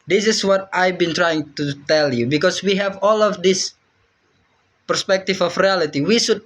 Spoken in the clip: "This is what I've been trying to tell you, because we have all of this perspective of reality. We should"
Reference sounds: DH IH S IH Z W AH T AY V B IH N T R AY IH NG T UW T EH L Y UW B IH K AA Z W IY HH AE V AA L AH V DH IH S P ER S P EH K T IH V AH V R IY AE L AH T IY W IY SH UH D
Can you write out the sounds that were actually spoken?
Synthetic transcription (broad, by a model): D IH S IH S W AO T AY B IH N T R AY IH NG T UW T EH L Y UW B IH K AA S W IY HH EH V AA L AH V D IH S P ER S P EH K T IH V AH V R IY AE L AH T IY W IY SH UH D